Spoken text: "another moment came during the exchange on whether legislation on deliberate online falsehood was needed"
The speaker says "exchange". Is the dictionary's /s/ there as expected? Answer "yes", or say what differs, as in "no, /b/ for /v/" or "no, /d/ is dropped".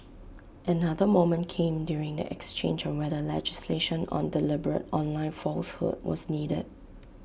yes